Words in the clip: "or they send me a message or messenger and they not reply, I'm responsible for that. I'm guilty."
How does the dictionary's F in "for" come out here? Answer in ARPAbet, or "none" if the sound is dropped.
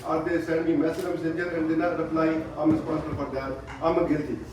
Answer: P